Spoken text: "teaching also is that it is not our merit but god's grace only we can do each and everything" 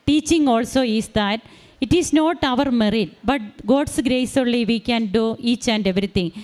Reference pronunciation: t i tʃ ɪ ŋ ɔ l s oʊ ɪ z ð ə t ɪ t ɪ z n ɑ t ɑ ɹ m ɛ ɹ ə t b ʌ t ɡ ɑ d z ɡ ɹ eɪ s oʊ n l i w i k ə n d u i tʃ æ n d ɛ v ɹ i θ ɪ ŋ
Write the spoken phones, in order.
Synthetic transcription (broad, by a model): t i tʃ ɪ ŋ ɔ l s oʊ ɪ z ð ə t ɪ t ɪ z n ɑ t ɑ ɹ m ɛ ɹ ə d b ʌ t ɡ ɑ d s ɡ ɹ eɪ s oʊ l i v i k ə n d u i tʃ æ n d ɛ v ɹ i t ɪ ŋ